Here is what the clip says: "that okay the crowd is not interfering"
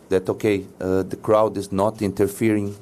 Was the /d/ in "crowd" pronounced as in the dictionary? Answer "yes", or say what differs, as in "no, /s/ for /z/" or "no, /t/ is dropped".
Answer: yes